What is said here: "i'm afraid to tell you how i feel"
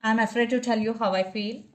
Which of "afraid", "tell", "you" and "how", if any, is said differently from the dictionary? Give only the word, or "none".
none